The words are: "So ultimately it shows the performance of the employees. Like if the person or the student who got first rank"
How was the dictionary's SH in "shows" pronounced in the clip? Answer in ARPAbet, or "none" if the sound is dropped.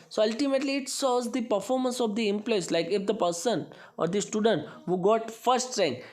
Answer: S